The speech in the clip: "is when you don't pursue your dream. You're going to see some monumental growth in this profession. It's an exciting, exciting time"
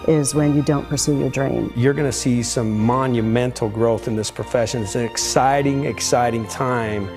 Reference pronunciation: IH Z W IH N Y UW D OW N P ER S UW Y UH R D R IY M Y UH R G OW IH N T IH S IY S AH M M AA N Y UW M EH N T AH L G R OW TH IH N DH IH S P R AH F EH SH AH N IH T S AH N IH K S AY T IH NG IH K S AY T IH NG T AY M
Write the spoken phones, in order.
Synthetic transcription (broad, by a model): IH Z W IH N Y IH D OW N P ER S UW Y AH R D R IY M Y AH R G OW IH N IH S IY S AH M M AA N Y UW M EH N T L G R OW TH IH N DH IH S P R AH F EH SH AH N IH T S AH N IH K S AY T IH NG IH K S AY T IH NG T AY M